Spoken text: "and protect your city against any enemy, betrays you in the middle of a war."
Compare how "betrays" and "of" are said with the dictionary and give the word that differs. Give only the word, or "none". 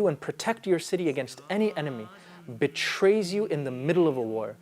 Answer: none